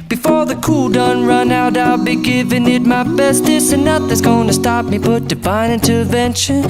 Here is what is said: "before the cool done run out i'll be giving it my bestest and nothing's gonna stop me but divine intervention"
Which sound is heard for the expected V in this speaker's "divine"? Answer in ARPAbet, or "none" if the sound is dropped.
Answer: B